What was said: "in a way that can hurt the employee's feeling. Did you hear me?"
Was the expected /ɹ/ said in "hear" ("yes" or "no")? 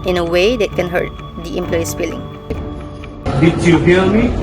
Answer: no